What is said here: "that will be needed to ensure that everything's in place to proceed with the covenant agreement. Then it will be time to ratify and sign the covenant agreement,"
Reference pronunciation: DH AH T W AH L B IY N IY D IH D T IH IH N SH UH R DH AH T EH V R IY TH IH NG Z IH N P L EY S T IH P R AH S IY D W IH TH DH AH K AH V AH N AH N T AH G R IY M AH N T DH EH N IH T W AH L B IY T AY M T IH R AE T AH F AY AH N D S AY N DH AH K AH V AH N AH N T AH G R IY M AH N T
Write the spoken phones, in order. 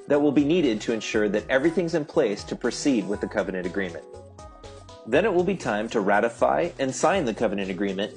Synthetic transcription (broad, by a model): DH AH T W AH L B IY N IY D IH D T IH IH N SH UH R DH AH T EH V R IY TH IH NG Z IH N P L EY S T IH P R AH S IY D W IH DH AH K AH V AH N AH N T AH G R IY M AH N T DH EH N IH T W AH L B IY T AY M T IH R AE T AH F AY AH N S AY N DH AH K AH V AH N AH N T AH G R IY M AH N T